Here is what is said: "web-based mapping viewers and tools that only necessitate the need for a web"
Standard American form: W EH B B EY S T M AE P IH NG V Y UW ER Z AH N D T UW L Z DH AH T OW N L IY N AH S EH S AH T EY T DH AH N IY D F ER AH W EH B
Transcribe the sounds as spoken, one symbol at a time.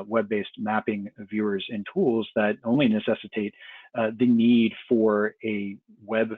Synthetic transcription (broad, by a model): W EH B B EY S T M AE P IH NG V Y UW ER Z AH N T UW L Z DH AH T OW N L IY N AH S EH S AH T EY T DH AH N IY D F ER AH W EH B